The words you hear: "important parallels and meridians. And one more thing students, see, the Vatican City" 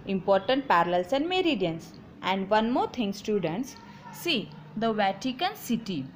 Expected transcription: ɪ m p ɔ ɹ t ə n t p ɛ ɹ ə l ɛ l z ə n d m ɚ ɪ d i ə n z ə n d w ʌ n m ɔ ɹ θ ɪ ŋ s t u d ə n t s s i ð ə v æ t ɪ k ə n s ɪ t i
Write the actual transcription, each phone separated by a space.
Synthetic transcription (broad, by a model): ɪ m p ɔ ɹ t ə n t p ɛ ɹ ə l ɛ l s ə n d m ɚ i d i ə n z ə n d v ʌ n m ɔ ɹ t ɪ ŋ s t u d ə n t s s i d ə v æ t ɪ k ə n s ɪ t i